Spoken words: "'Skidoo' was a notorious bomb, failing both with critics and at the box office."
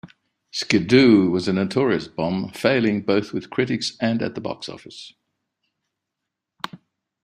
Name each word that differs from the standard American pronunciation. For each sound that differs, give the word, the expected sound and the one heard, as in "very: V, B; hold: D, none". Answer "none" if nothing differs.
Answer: none